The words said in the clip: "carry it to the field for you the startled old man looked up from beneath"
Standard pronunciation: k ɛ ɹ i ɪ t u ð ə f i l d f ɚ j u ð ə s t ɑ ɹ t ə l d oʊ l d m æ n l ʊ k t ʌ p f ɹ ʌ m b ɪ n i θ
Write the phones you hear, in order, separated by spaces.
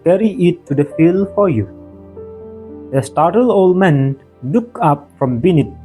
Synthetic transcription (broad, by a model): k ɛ ɹ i ɪ t u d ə f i l f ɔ j u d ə s t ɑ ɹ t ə l oʊ l d m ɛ n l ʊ k ʌ p f ɹ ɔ m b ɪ n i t